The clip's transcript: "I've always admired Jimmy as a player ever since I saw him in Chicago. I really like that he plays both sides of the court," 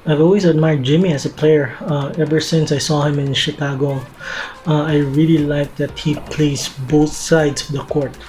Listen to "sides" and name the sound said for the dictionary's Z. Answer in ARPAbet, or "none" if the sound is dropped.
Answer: S